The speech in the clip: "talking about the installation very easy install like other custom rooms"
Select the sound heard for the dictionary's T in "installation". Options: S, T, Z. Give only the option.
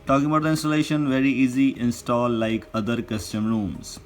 T